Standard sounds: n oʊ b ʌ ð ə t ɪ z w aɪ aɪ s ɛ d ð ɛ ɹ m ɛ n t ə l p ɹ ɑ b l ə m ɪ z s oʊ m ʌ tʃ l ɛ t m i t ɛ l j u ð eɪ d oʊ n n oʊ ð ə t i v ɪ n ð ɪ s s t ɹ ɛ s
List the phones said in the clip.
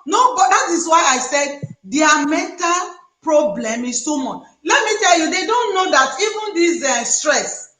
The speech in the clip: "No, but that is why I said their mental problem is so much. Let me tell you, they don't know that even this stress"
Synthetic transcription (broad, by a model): n oʊ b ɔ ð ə t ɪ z w aɪ aɪ s ɛ d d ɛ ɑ m ɛ n t ə l p ɹ ɑ b l ə m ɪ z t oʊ m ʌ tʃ l ɛ t m i t ɛ l j u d eɪ d oʊ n n oʊ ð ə t i v ɪ n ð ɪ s s t ɹ ɛ s